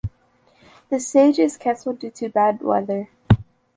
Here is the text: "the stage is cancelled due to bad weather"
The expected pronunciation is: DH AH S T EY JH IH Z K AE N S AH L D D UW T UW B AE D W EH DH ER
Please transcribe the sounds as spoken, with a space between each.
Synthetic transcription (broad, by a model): DH AH S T EY JH IH Z K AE S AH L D D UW T UW B AE D W EH DH ER